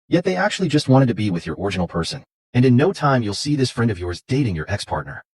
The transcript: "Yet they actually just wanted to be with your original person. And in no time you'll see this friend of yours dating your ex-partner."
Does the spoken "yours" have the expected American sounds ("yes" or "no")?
yes